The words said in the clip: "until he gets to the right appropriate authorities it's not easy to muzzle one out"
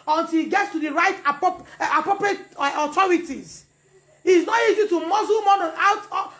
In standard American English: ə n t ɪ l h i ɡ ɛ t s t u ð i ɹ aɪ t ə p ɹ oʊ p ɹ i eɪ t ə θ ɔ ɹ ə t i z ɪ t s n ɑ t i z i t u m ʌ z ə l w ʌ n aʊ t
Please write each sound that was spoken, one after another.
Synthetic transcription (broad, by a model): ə n t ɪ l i ɡ ɛ t s t u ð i ɹ aɪ t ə p ɹ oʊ p ɹ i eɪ t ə t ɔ ɹ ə t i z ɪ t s n ɑ t i z i t u m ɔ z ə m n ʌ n aʊ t